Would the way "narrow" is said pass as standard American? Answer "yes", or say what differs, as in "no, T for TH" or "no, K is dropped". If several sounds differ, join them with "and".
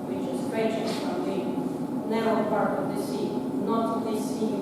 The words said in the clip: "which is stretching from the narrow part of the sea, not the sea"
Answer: no, R is dropped